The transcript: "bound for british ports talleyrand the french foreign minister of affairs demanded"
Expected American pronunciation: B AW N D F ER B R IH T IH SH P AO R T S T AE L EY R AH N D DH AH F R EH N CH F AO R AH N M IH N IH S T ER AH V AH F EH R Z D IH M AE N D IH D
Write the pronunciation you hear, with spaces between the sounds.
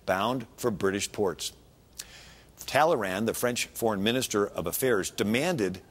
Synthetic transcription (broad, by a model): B AW N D F ER B R IH T IH SH P AO R T S T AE L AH R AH N DH AH F R EH N CH F AO R AH N M IH N IH S T ER AH V AH F EH R Z D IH M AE N D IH D